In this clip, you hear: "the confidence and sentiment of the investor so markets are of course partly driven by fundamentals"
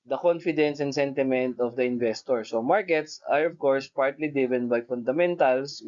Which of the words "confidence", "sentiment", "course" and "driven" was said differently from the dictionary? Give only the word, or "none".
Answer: driven